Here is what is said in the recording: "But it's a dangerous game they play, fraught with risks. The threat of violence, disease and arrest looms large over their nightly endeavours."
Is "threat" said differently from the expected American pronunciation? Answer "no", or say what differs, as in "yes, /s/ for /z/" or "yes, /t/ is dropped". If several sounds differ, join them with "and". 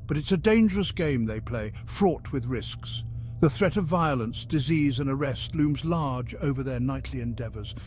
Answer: no